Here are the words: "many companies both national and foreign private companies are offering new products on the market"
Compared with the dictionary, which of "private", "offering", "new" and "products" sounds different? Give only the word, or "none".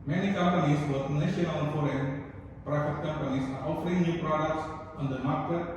private